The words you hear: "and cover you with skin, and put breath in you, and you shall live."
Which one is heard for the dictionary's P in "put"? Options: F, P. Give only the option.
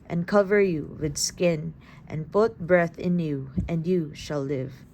P